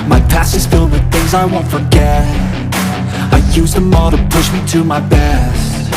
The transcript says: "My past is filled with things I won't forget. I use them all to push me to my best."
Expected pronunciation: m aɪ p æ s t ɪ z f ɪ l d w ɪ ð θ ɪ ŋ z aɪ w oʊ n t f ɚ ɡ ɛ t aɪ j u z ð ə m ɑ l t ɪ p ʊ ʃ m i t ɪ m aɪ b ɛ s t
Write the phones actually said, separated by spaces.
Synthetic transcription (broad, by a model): m aɪ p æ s ɪ z f ɪ l d w ɪ ð θ ɪ ŋ z aɪ w oʊ n t f ɚ ɡ ɛ t aɪ j u z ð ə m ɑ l t ɪ p ʊ ʃ m i t ɪ m aɪ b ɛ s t